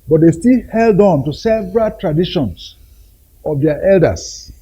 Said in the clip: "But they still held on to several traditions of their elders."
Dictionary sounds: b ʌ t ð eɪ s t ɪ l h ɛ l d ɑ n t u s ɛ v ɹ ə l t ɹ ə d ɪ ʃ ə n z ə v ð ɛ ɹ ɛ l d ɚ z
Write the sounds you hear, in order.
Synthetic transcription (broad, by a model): b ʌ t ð eɪ s t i l h ɛ l d ɑ n t u s ɛ v ɹ ə l t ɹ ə d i ʃ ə n s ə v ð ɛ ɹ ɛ l d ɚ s